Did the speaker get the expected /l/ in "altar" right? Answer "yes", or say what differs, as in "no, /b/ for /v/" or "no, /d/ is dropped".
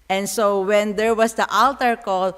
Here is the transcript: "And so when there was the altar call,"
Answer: yes